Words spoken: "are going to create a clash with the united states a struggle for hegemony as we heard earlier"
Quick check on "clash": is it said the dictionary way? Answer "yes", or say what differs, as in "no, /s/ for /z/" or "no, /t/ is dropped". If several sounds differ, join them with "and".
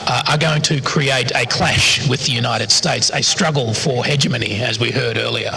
yes